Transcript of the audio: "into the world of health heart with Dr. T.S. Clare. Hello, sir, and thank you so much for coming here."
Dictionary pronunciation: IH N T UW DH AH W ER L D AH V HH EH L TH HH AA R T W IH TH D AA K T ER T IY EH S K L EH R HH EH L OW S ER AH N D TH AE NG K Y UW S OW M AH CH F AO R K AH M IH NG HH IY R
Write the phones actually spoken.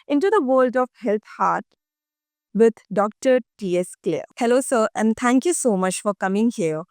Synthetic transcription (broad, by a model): IH N T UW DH AH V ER L D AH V HH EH L T HH AA R T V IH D D AA K T ER T IY EH S K L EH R HH EH L OW S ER AH N D T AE NG K Y UW S OW M AH CH F AO R K AH M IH NG HH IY R